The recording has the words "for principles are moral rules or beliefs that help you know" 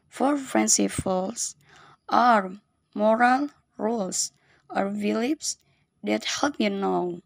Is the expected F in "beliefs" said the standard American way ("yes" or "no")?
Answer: no